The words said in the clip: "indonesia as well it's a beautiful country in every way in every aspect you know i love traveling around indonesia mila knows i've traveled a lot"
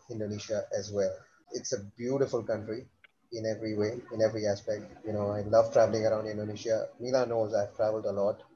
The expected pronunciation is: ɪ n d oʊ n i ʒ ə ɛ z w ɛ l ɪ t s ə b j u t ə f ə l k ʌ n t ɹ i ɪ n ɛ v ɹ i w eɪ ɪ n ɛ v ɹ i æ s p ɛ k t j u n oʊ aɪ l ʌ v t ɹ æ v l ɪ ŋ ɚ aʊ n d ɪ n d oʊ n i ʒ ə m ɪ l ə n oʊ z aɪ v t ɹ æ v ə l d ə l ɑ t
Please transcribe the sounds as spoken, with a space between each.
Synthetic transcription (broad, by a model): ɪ n d oʊ n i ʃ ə ɛ z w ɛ l ɪ t s ə b j u t ə f ə l k ʌ n t ɹ i ɪ n ɛ v ɹ i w eɪ ɪ n ɛ v ɹ i æ s p ɛ k t j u n oʊ aɪ l ʌ v t ɹ æ v l ɪ ŋ ɚ aʊ n d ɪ n d oʊ n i ʃ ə m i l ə n oʊ z aɪ v t ɹ æ v ə l d ə l ɑ t